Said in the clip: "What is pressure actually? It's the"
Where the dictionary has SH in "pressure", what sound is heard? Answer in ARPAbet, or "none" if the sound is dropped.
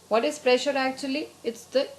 SH